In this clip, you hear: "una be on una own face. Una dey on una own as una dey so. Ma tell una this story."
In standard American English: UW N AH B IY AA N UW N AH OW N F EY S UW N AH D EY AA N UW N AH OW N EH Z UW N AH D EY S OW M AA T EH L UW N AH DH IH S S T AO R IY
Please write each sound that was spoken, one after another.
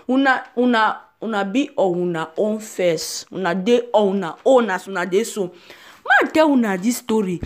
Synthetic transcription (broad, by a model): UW N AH B IY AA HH UW N AH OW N F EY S UW N AH D EY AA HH UW N AH OW N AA S UW N AH D EY S OW M AA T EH W UW N AH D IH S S T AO R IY